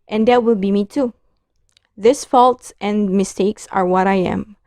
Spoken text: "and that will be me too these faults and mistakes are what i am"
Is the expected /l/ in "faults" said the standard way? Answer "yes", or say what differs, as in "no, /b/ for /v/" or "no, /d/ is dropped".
yes